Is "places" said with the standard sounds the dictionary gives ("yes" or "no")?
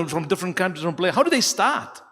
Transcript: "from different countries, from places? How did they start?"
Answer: no